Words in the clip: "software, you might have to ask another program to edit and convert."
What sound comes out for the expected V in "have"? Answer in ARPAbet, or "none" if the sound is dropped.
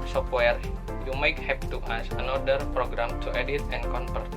P